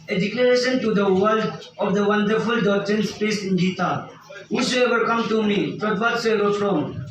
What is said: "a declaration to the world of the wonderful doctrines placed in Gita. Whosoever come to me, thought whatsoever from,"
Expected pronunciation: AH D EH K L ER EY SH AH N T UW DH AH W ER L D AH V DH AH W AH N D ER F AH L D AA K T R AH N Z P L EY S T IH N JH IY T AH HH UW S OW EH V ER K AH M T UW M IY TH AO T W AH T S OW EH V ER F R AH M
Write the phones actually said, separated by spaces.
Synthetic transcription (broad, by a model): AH D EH K L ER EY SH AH N T UW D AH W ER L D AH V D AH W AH N D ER F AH L D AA K T R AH N S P EY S IH N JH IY T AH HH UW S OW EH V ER K AH M T UW M IY T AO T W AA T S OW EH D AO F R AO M